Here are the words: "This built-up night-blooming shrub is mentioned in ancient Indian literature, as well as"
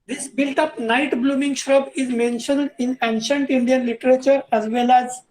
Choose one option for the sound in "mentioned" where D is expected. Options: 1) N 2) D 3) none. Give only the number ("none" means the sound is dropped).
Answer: 2